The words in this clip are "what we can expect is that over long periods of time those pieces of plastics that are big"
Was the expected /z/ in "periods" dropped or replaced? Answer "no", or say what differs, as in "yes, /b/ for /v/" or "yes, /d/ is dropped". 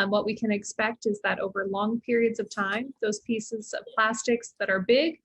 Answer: no